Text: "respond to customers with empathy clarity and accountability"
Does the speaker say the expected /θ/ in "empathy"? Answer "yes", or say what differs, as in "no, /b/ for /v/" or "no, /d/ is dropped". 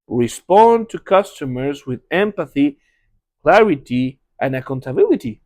yes